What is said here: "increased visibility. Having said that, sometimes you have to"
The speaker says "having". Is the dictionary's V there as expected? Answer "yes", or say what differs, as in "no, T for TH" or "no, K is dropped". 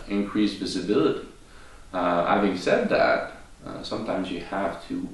yes